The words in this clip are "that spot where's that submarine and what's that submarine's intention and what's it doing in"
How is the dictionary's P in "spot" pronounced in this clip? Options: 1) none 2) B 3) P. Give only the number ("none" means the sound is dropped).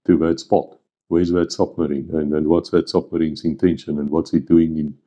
3